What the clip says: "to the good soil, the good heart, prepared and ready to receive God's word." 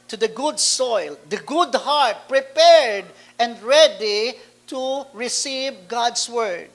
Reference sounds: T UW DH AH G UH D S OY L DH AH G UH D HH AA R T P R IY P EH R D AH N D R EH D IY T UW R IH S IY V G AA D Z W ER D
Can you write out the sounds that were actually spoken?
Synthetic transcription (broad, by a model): T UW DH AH G UH D S OY L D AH G UH D HH AA R T P R IY P EH R D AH N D R EH D IY T UW R IH S IY V G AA D S W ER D